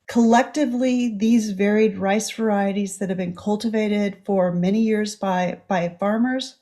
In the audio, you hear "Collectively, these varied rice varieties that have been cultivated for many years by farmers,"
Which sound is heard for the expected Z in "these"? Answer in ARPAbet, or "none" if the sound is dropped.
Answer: Z